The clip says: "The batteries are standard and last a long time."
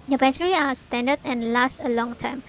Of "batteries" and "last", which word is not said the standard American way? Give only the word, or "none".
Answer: batteries